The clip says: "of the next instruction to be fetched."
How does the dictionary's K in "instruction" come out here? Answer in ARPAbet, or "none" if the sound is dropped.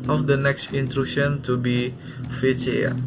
none